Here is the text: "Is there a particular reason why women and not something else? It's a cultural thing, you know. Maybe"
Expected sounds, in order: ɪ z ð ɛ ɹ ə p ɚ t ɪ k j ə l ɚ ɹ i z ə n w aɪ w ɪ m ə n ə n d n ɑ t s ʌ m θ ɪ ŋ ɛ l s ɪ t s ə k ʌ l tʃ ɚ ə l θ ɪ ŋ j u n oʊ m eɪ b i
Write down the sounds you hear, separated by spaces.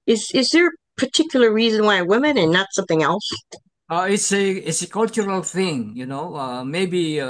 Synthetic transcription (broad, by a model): ɪ z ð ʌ ɹ ə p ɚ t ɪ k j l ɚ ɹ i z ə n w aɪ w ɪ m ə n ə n n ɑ t s ʌ m θ ɪ ŋ ɛ l s ɪ t s ə k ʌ l tʃ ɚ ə l θ ɪ ŋ j u n oʊ m eɪ b i